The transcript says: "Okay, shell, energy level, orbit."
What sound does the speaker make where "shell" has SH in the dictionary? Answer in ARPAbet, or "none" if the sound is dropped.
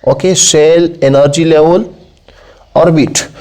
S